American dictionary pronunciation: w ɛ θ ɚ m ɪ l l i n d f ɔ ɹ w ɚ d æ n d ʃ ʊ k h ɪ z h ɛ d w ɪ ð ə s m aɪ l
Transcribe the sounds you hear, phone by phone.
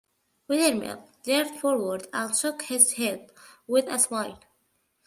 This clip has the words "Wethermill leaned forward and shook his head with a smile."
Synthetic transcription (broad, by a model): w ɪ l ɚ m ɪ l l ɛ d f ɔ ɹ w ɚ d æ n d ʃ ʊ k h ɪ z h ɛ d w ɪ ð ə s m aɪ l